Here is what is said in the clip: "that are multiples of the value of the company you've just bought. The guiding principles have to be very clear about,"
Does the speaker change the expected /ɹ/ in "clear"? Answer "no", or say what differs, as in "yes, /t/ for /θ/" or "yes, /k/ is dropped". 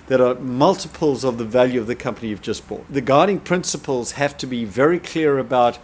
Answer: no